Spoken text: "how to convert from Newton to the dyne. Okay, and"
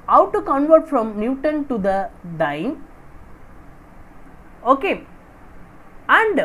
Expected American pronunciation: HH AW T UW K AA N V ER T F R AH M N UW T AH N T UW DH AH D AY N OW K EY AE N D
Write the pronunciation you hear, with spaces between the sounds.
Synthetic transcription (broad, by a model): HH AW T UW K AA N V ER T F R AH M N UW T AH N T UW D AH D AY N OW K EY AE N D